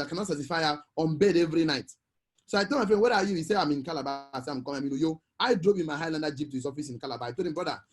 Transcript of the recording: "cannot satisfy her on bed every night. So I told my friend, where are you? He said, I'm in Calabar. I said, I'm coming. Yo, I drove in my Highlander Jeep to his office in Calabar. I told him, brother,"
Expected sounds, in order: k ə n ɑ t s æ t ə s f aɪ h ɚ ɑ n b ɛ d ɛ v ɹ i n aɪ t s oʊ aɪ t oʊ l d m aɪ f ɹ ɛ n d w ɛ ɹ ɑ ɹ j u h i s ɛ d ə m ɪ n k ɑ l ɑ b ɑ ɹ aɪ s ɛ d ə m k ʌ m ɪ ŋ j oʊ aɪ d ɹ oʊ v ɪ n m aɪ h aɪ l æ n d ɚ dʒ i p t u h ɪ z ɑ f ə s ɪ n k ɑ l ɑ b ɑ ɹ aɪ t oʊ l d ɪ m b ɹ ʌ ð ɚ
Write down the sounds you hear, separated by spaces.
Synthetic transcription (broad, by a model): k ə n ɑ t s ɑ t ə s f aɪ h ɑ ɑ n b ɛ d ɛ v ɹ i n aɪ t s oʊ aɪ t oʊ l m aɪ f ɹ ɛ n w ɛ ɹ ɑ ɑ j u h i s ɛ ə m ɪ n k ɑ l ɑ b ɑ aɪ s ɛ ə m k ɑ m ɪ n j oʊ aɪ d ɹ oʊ p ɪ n m aɪ h aɪ l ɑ n d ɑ dʒ i p t u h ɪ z ɑ f ə s ɪ n k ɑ l ɑ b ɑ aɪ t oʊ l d ɪ m b ɹ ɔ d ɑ